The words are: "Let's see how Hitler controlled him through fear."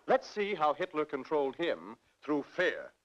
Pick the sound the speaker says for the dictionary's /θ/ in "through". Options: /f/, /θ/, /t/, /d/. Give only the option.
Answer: /θ/